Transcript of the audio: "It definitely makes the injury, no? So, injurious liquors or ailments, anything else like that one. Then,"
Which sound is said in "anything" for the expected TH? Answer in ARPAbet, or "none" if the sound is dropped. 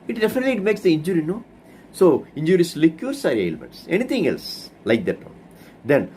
T